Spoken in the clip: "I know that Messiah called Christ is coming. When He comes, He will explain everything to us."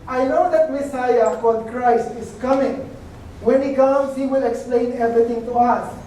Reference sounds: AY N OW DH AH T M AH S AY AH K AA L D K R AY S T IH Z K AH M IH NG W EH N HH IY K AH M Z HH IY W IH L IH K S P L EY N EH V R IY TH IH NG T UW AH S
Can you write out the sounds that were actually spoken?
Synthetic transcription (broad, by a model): AY N OW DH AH T M AH S AY AH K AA D K R AY S T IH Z K AH M IH NG W EH N HH IY K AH M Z HH IY W IH L IH K S P L EY N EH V R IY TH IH NG T UW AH S